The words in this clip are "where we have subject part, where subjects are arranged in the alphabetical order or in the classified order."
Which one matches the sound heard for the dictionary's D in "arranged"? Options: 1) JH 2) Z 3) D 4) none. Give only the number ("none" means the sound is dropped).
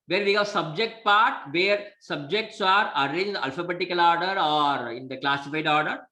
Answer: 4